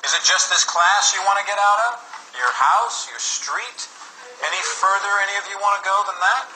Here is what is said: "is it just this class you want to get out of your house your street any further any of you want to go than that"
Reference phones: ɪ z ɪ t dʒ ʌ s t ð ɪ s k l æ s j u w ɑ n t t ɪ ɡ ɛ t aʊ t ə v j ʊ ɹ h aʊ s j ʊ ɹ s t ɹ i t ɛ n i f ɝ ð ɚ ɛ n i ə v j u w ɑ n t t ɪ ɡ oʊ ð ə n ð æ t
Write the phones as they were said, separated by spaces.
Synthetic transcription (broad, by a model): ɪ z ɪ t dʒ ʌ s t ð ɪ s k l æ s j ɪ w ɑ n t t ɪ ɡ ɛ t aʊ t ə v j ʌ ɹ h aʊ s j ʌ ɹ s t ɹ i t ɛ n i f ɝ ð ɚ ɛ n i ə v j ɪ w ɑ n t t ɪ ɡ oʊ ð ə n ð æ t